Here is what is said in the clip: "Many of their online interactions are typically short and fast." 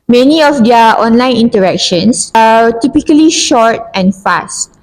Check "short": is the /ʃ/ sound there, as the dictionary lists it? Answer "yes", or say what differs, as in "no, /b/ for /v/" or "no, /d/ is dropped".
yes